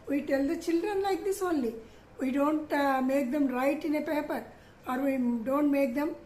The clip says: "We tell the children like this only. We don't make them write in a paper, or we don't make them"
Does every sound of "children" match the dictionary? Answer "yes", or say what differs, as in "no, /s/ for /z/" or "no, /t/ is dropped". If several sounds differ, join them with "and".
yes